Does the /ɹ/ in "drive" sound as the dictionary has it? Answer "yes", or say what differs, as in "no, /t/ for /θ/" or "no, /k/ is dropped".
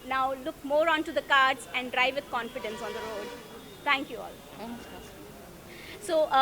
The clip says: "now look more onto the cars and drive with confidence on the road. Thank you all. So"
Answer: yes